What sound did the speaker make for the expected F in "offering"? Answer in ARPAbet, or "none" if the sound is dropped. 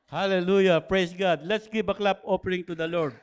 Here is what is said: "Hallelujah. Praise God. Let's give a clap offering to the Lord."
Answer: P